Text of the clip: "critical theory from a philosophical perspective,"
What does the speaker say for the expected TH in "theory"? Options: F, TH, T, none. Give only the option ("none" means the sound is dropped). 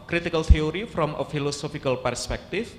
T